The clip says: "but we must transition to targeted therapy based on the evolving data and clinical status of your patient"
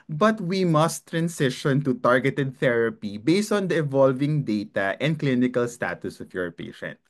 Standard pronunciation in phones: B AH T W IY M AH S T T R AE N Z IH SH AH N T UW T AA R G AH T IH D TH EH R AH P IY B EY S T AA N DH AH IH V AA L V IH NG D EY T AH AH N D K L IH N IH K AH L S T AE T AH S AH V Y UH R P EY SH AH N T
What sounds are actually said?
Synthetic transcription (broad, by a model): B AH T W IY M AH S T T R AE N S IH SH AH N T UW T AA R G AH T IH D TH EH R AH P IY B EY S T AA N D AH IH V AA L V IH NG D EY T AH AH N D K L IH N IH K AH L S T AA T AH S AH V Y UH R P EY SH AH N T